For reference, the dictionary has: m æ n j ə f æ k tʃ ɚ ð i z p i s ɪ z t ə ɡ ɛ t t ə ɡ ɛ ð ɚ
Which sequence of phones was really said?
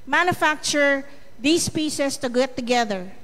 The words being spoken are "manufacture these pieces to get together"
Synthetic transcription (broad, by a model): m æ n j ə f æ k tʃ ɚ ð i s p i s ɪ s t ə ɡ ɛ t t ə ɡ ɛ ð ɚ